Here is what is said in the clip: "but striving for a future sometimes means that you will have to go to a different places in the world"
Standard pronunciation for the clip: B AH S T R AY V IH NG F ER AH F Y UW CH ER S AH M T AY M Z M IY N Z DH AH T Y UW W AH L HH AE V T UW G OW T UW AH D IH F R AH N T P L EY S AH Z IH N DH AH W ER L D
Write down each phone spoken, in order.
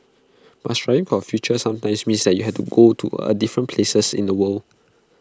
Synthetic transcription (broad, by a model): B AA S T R AY IH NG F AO AH F Y UW CH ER S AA M T AY M S M IY N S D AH T Y UW HH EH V T UW G OW T UW AH D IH F R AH N P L EY S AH S IH N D AH W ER L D